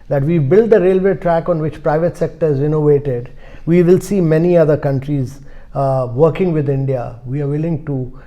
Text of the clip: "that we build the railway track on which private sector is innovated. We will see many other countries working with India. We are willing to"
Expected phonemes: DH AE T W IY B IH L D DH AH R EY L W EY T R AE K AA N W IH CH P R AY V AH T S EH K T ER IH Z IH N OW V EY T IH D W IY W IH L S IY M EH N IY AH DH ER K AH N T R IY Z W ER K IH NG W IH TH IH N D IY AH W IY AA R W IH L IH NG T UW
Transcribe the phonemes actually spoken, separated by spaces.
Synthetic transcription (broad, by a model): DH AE T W IY B IH L D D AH R EY L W EY T R AE K AA N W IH CH P R AY V AH T S EH K T ER IH Z IH N OW V EY T IH D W IY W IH L S IY M EH N IY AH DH ER K AH N T R IY Z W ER K IH NG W IH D IH N D IY AH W IY AA R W IH L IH NG T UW